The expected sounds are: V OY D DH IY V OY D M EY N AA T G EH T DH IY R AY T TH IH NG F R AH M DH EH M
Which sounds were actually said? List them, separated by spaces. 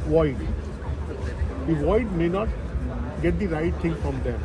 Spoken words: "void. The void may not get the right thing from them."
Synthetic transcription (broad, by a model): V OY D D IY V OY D M EY N AA T G EH T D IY R AY T T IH NG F R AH M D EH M